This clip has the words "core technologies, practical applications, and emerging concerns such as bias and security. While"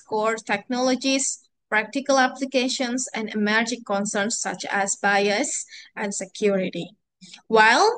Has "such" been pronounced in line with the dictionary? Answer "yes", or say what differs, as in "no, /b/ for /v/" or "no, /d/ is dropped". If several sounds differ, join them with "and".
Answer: yes